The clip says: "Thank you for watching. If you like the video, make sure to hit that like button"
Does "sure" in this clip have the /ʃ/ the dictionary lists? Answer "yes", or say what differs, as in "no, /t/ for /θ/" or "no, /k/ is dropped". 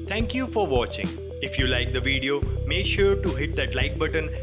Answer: yes